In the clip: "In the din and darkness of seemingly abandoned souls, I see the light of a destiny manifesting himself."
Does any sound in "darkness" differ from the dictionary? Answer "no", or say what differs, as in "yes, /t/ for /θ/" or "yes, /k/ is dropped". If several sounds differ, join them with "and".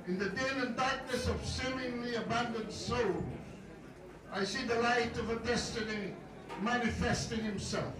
no